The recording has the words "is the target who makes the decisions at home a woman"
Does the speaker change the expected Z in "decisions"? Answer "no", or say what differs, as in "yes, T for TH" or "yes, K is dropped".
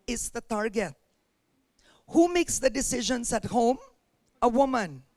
yes, S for Z